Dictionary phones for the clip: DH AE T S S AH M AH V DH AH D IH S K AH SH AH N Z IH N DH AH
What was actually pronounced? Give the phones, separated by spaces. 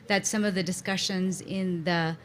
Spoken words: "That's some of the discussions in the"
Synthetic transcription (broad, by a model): DH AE T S S AH M AH V DH AH D IH S K AH SH AH N Z IH N DH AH